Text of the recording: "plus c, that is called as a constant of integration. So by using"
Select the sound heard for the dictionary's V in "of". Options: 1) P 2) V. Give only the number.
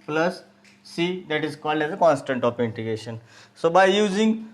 1